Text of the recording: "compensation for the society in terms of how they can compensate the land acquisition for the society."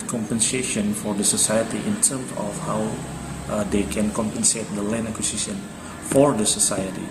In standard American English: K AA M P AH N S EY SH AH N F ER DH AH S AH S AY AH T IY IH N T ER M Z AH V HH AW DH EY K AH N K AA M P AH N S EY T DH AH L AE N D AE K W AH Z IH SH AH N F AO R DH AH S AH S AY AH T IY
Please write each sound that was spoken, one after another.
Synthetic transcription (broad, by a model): K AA M P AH N S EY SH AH N F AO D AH S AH S AY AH T IY IH N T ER M S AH F HH AW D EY K AH N K AA M P AH N S EY T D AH L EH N AE K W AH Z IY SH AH N F AO R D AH S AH S AY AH T IY